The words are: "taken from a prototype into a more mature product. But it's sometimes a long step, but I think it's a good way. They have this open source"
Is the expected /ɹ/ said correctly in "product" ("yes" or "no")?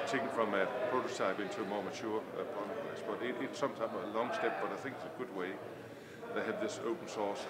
no